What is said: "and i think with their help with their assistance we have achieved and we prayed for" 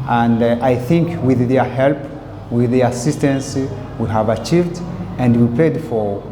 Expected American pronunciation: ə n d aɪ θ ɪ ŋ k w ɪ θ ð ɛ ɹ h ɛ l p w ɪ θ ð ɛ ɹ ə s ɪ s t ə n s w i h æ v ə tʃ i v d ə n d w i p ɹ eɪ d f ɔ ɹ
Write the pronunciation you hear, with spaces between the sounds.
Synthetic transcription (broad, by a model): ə n d aɪ θ ɪ ŋ k w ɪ ð ɛ ɹ h ɛ l p w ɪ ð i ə s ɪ s t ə n s w i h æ v ə tʃ i v d ə n d w i p eɪ d f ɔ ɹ